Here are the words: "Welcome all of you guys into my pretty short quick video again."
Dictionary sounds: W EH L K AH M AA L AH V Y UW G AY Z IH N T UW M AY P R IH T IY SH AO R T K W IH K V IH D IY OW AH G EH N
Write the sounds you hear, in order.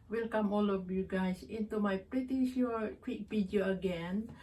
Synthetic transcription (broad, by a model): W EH L K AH M AA L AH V Y UW G AY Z IH N T UW M AY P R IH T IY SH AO K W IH K P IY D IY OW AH G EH N